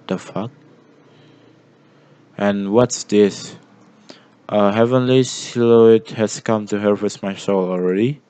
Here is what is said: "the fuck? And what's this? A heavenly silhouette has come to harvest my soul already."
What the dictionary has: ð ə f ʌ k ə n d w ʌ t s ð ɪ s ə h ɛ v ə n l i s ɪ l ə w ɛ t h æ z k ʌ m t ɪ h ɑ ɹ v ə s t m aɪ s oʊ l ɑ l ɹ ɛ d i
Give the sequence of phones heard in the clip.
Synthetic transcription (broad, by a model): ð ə f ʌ k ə n w ʌ t s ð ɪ s ə h ɛ v ə n l i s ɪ l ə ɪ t h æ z k ʌ m t ɪ h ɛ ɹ w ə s m aɪ s oʊ l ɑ l ɹ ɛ d i